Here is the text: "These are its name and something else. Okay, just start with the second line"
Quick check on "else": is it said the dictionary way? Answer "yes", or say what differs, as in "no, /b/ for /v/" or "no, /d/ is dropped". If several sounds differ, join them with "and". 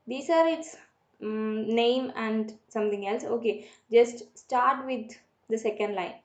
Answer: yes